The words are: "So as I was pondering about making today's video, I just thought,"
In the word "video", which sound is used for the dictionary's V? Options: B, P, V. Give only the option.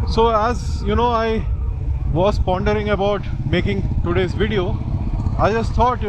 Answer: V